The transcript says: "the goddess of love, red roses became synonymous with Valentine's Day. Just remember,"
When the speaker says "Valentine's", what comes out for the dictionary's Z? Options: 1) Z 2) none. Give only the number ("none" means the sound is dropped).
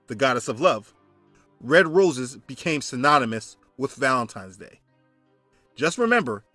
1